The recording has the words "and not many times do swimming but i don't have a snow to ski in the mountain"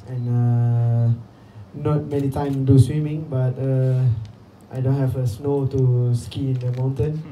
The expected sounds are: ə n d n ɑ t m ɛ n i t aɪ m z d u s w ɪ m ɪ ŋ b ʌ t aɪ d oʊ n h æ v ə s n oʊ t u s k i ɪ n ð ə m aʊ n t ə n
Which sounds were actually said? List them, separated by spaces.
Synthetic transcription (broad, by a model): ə n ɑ n ɑ t m ɛ n i t aɪ m d u s w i m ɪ ŋ b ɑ t aɪ d oʊ n h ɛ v ə s n oʊ t u s k i ɪ n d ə m aʊ n t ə n